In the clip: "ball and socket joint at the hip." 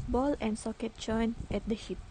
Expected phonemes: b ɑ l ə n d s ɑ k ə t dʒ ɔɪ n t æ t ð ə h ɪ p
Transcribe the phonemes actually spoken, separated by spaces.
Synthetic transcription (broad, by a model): b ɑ l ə n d s ɑ k ə t tʃ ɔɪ n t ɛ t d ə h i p